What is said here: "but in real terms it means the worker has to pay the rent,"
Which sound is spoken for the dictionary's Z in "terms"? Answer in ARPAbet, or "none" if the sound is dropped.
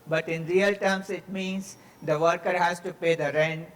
S